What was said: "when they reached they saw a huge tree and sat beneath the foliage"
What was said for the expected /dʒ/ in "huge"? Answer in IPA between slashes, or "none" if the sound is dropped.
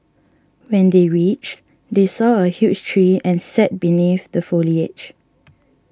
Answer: /tʃ/